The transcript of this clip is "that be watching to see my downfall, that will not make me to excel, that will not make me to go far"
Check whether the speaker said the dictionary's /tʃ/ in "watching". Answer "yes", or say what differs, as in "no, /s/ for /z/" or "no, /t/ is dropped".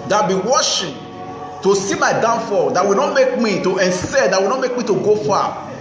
no, /ʃ/ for /tʃ/